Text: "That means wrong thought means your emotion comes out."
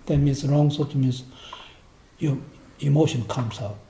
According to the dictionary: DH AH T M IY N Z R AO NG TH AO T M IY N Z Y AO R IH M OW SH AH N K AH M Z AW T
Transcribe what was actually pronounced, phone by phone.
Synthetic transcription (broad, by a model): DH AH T M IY N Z R AO NG S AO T M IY N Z Y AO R IH M OW SH AH N K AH M S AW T